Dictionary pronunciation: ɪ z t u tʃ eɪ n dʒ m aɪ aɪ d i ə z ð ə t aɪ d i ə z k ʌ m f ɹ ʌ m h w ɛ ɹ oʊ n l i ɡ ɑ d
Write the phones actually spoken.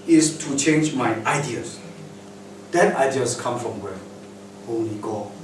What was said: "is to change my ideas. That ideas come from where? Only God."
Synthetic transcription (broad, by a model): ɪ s t u tʃ eɪ n dʒ m aɪ aɪ d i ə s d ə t aɪ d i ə s k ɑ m f ɹ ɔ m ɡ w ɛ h oʊ l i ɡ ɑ